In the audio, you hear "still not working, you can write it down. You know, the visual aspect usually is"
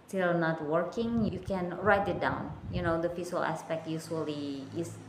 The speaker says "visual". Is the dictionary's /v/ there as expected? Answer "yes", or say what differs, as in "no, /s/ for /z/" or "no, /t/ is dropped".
no, /f/ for /v/